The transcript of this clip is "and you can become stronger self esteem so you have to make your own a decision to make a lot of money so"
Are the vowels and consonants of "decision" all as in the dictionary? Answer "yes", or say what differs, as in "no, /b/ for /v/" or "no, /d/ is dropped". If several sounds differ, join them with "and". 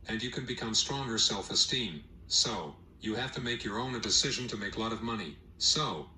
yes